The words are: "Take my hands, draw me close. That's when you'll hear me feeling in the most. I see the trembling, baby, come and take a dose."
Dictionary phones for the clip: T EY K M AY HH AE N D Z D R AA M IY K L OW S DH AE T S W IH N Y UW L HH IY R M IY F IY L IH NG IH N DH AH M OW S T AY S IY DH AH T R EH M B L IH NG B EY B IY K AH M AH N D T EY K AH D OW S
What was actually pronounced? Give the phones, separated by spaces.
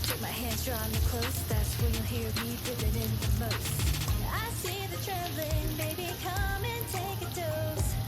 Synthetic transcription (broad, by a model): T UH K M AY HH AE N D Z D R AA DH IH K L OW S DH AE T S W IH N Y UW L HH IY R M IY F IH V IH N IH N DH AH M OW S T AY S IY DH AH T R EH B L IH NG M EY B IY K AH M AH N T EY K AH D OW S